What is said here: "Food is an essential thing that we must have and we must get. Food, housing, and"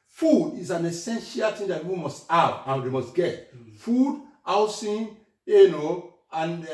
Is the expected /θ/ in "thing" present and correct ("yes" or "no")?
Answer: no